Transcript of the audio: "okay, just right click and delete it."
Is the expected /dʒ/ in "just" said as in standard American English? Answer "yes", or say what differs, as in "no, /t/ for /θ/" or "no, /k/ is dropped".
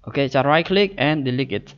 no, /tʃ/ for /dʒ/